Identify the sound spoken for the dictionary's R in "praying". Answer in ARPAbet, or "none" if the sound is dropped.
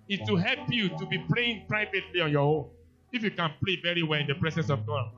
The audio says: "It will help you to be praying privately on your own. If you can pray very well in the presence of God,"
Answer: L